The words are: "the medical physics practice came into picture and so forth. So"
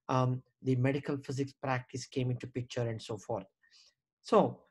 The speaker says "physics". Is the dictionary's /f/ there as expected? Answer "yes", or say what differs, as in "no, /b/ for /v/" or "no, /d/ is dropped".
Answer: yes